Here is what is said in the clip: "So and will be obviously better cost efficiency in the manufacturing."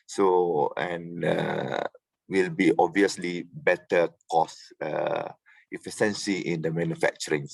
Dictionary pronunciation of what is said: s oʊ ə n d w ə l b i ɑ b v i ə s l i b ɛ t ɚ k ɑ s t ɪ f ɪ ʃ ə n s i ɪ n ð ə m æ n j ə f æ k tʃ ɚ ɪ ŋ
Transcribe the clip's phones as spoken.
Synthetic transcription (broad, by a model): s oʊ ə n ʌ w ə l b i ɑ b v i ə s l i b ɛ t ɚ k ɑ s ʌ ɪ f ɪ s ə n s i ɪ n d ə m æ n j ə f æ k tʃ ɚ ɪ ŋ